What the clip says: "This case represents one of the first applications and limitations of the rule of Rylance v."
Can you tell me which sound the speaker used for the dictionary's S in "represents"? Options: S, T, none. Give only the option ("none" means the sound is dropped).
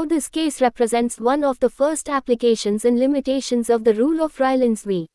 S